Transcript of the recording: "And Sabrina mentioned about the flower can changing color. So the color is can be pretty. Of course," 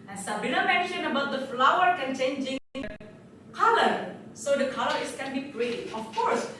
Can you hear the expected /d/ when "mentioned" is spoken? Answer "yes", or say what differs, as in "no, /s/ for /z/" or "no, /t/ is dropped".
no, /d/ is dropped